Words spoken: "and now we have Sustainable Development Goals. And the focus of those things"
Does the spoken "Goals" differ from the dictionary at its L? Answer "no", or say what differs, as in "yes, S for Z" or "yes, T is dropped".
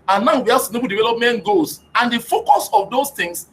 yes, L is dropped